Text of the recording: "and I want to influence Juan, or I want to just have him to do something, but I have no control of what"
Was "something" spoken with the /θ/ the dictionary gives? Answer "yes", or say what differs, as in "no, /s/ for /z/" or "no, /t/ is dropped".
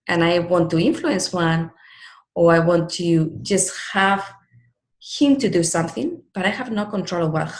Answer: yes